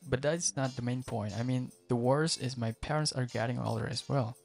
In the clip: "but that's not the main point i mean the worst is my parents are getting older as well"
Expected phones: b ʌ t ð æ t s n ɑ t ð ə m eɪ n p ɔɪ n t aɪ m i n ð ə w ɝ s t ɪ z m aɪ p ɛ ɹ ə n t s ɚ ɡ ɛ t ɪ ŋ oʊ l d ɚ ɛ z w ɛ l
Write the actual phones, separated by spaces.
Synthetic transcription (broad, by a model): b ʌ t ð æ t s n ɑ t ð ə m eɪ n p ɔɪ n t aɪ m i n ð ə w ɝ s ɪ z m aɪ p ɛ ɹ ə n t s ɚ ɡ ɛ t ɪ ŋ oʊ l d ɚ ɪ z w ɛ l